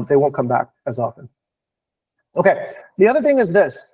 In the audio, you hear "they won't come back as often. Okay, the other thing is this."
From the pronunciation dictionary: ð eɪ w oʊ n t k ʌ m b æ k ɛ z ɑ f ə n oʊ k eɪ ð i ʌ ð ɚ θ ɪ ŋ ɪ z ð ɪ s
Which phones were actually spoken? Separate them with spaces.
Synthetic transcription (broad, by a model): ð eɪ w oʊ n k ʌ m b æ k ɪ z ɑ f ə n oʊ k eɪ ð i ʌ ð ɚ θ ɪ ŋ ɪ z ð ɪ s